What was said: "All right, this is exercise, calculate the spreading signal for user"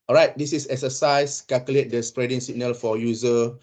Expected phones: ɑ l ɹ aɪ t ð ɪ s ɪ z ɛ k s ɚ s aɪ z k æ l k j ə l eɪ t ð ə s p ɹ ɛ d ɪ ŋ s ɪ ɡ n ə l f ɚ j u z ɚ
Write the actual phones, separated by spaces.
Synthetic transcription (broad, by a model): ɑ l ɹ aɪ t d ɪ s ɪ s ɛ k s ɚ s aɪ s k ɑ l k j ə l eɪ t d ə s p ɹ ɛ d ɪ ŋ s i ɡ n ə l f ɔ j u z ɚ